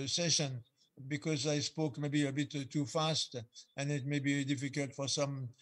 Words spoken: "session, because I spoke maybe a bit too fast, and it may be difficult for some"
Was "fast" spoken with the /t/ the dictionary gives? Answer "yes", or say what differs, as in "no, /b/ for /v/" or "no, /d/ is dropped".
yes